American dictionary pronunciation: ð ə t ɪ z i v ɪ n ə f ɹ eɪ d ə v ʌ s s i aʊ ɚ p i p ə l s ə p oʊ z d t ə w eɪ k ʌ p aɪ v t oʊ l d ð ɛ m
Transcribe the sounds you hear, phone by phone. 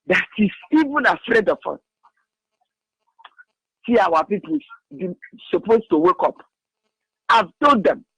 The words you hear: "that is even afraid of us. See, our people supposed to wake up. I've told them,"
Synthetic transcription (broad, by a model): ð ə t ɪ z i v ɪ n ə f ɹ eɪ d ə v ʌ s s i aʊ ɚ p i p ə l s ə p oʊ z t ə w eɪ k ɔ p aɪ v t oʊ d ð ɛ m